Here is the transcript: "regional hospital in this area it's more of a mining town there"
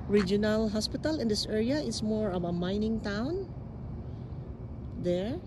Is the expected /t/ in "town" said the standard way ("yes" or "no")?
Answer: yes